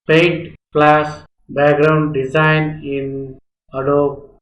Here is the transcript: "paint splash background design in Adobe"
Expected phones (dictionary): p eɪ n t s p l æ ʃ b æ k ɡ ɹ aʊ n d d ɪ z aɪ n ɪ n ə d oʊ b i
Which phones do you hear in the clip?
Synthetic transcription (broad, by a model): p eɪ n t p l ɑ s b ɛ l ɡ ɹ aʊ n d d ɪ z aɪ n ɪ n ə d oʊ